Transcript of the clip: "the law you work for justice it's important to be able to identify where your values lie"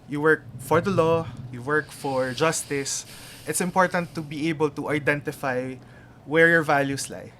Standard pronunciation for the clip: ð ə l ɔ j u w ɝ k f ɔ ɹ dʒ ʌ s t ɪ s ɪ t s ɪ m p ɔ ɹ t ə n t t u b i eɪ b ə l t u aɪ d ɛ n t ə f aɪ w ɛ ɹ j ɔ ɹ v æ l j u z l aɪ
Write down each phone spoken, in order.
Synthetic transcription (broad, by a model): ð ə l ɔ j u w ɝ k f ɔ ɹ dʒ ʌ s t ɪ s ɪ t s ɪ m p ɔ ɹ t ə n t t u b i eɪ b ə l t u aɪ d ɛ n t ə f aɪ w ɛ ɹ j ɔ ɹ v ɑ l j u s l aɪ